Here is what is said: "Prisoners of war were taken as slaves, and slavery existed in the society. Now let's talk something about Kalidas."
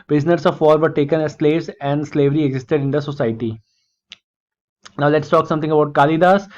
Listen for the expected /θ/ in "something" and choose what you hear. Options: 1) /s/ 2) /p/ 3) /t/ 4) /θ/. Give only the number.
3